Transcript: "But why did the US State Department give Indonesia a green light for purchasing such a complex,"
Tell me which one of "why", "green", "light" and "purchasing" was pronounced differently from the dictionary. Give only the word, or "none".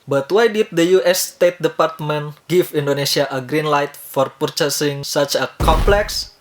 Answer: none